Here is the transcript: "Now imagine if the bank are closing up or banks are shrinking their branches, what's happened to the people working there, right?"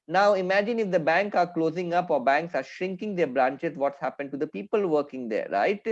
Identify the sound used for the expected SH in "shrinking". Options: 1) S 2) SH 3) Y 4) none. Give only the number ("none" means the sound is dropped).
2